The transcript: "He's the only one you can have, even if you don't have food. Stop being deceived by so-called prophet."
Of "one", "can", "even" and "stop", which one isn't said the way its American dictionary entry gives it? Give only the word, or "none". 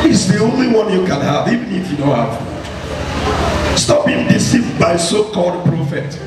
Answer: none